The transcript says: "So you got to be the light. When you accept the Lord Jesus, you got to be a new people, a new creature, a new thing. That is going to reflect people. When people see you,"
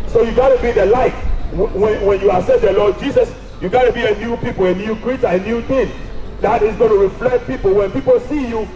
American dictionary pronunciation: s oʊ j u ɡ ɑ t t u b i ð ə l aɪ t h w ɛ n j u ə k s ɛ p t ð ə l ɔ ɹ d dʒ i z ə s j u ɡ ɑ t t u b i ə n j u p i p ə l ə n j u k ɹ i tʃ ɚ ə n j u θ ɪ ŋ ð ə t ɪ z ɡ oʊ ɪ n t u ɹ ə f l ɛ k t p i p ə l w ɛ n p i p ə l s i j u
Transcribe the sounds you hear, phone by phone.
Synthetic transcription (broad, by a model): s oʊ j u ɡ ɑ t t u b i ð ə l aɪ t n w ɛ n j u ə s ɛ t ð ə l ɔ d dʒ i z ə s j u ɡ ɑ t t u b i ə n j u p i p ə l ə n j u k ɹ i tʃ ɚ ə n j u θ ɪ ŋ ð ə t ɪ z ɡ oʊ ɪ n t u ɹ ə f l ɛ k t p i p ə l w ɛ n p i p ə l s i j u